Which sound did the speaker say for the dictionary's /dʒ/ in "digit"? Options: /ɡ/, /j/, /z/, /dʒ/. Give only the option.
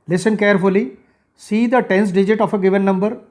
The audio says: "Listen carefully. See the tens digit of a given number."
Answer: /dʒ/